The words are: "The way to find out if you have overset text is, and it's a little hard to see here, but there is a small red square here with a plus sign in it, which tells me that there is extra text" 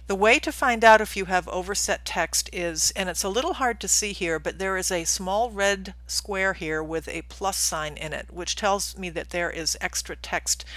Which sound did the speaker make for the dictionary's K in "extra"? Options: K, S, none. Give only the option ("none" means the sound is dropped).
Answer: K